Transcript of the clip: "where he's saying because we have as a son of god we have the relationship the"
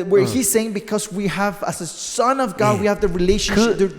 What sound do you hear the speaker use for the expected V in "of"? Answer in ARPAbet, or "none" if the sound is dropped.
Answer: V